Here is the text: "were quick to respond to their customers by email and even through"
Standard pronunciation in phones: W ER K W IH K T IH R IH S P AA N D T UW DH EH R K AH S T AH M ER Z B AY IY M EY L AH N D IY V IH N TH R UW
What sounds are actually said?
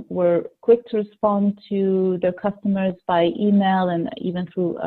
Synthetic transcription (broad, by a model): W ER K W IH K T IH R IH S P AA N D T UW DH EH R K AH S T AH M ER Z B AY IY M EY L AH N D IY V IH N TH R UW